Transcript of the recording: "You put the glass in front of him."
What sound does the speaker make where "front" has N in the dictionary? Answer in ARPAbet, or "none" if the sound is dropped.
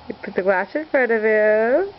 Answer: none